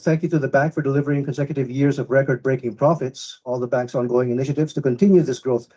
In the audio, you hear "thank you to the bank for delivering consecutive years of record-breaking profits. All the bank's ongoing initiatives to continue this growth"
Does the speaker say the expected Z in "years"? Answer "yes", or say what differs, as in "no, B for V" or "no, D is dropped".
yes